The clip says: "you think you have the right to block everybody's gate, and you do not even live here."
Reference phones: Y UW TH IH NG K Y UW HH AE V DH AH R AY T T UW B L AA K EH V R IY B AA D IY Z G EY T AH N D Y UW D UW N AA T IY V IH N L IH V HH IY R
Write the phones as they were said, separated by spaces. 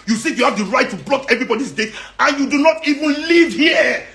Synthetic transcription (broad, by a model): Y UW S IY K Y UW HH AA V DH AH R AY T T UW B L AA K EH V R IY B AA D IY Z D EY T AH N Y UW D UW N AA T IY V IH N L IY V HH IY